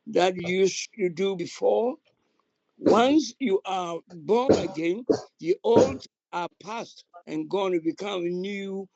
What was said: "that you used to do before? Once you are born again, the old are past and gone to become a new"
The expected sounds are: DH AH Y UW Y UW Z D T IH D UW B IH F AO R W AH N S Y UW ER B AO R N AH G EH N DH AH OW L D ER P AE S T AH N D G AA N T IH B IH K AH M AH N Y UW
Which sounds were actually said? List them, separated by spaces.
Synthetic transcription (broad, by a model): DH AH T Y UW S T IH D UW B IH F AO R W AH N S Y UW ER B AO R N AH G EH N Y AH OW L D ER P AE S T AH N G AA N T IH B IH K AH M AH N Y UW